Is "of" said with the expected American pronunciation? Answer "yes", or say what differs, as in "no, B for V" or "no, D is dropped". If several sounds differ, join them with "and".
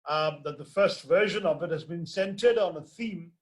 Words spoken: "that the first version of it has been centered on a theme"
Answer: yes